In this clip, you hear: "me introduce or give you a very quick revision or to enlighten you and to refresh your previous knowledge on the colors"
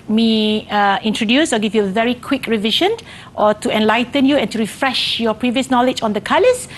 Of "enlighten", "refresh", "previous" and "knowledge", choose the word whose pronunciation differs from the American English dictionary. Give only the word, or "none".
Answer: none